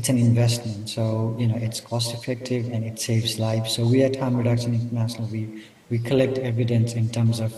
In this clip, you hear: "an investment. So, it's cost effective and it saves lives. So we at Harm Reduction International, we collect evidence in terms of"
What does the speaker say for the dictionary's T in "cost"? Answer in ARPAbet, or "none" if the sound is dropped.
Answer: T